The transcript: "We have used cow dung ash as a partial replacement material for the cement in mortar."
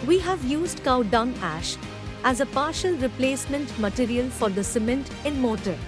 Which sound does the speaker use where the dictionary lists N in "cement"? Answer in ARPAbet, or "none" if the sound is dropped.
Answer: N